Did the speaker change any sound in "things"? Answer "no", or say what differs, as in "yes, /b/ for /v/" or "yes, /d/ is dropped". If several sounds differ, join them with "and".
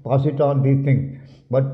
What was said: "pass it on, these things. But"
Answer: yes, /z/ is dropped